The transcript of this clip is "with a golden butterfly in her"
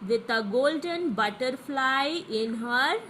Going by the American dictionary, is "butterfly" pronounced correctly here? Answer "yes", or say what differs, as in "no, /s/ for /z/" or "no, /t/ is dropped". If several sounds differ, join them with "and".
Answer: yes